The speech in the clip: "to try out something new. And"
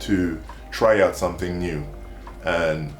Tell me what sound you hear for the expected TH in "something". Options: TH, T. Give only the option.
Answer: TH